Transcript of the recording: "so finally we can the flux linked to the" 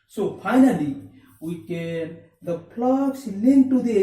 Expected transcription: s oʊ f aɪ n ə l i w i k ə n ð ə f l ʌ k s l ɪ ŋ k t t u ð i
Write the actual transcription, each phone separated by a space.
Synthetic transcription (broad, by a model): s oʊ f aɪ n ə l i w i k ə n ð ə p l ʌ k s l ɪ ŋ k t t u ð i